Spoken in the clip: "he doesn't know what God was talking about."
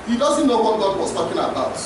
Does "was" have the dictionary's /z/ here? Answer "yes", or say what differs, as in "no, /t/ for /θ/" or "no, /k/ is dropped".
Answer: no, /s/ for /z/